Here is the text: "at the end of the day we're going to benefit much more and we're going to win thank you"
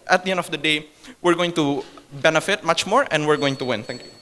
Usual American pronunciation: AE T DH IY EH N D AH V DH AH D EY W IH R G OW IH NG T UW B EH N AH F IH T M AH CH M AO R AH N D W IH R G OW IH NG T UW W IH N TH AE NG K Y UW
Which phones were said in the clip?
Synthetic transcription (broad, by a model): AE T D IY EH N D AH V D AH D EY W IH R G OW IH NG T UW B EH N AH F IH T M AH CH M AO R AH N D W IH R G OW IH NG T UW W IH N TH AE NG K Y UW